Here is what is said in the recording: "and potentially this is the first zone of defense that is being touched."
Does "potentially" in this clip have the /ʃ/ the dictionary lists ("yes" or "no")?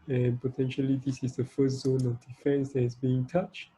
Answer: yes